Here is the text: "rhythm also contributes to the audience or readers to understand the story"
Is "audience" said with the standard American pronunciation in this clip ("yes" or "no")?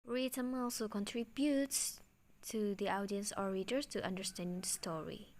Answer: yes